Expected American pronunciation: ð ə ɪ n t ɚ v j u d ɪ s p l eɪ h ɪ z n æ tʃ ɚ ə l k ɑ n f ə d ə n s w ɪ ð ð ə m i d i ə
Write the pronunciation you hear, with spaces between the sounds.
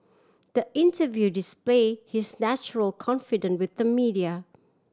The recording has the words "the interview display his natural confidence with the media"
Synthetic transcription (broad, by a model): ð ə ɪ n t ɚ v j u d ɪ s p l eɪ h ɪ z n æ tʃ ɚ ə l k ɑ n f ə d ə n w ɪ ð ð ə m i d i ə